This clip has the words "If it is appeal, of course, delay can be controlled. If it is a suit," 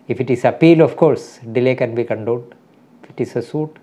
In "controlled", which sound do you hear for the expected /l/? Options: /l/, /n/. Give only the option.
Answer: /n/